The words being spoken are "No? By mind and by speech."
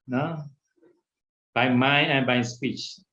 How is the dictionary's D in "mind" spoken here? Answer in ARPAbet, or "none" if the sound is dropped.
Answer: none